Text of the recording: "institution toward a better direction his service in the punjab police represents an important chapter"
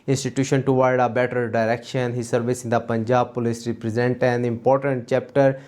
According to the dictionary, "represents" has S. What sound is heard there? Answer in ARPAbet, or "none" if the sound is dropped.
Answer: none